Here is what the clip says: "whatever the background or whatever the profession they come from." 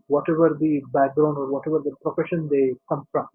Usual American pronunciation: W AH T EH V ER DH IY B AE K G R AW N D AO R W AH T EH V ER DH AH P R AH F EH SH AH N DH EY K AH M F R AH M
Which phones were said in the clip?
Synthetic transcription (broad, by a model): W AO T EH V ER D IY B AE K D R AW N AO R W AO T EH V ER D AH P R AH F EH SH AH N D EY K AH M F R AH M